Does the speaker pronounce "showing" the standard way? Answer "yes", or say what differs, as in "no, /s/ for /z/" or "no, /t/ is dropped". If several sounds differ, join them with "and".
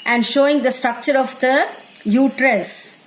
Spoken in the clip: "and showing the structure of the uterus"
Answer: yes